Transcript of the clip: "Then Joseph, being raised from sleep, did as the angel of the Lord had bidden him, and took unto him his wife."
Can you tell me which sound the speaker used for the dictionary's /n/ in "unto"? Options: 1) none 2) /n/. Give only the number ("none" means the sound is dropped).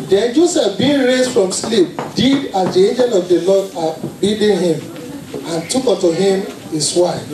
1